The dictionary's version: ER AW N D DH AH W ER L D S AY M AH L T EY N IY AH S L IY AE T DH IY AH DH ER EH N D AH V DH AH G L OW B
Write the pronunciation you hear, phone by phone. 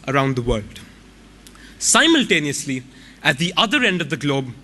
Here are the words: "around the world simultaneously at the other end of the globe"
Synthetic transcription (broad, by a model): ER AW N D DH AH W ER L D S AY M AH L T EY N IY AH S L IY AE T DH IY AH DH ER EH N D AH V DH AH G L OW B